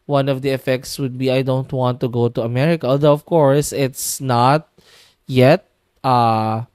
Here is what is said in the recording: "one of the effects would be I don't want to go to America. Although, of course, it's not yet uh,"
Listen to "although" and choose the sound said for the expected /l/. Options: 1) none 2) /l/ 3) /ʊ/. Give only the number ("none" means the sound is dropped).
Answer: 1